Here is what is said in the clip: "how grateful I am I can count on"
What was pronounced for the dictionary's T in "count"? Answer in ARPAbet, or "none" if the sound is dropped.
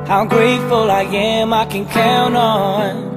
none